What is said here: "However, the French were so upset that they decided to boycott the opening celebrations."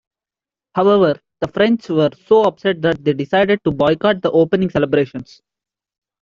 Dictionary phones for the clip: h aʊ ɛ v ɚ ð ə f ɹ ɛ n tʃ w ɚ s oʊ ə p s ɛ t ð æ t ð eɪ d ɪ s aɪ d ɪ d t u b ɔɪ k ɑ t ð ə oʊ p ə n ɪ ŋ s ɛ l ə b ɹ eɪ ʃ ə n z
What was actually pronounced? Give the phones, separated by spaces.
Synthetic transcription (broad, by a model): h aʊ ɛ v ɚ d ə f ɹ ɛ n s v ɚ s oʊ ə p s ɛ t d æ t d eɪ d ɪ s aɪ d ɪ d t u b ɔɪ k ɑ t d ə oʊ p ə n ɪ ŋ s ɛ l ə b ɹ eɪ ʃ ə n s